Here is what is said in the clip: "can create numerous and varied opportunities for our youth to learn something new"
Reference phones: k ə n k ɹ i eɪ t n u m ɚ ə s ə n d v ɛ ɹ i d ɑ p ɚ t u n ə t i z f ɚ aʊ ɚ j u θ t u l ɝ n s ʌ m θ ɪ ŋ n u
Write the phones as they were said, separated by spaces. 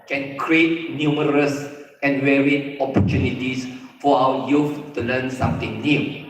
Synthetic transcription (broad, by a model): k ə n k ɹ i eɪ t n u m ɚ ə s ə n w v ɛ ɹ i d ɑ p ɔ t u n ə t i s f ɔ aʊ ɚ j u f t u l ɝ n s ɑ m t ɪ ŋ n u